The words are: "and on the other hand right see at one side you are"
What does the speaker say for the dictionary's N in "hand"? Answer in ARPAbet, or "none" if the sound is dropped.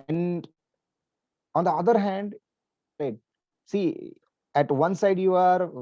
N